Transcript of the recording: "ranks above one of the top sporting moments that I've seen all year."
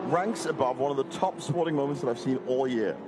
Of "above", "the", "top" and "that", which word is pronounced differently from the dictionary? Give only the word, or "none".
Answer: none